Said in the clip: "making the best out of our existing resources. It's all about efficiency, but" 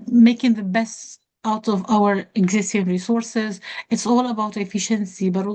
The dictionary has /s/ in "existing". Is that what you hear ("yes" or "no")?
yes